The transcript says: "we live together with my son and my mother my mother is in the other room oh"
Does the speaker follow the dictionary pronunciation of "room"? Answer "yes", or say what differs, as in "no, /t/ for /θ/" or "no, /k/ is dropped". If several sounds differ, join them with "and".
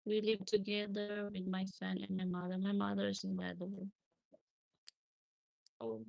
no, /m/ is dropped